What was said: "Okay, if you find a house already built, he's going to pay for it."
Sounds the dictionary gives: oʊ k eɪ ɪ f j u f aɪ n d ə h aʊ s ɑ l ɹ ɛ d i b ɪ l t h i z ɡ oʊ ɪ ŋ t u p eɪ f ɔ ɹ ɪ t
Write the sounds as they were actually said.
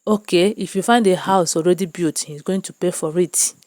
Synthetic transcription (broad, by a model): oʊ k eɪ ɪ f j u f aɪ n d ə h aʊ s ɑ l ɹ ɛ d i b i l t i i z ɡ oʊ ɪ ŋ t u p eɪ f ɔ ɹ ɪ t